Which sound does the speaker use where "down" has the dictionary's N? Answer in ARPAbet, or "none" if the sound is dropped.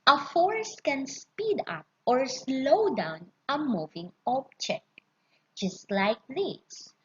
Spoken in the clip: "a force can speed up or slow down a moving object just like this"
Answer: N